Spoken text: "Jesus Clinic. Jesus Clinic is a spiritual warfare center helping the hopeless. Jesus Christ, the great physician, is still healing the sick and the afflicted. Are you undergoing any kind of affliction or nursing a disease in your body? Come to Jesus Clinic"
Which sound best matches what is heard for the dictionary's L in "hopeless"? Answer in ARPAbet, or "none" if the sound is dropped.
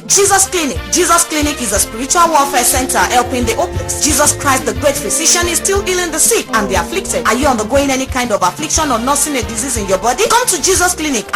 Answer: N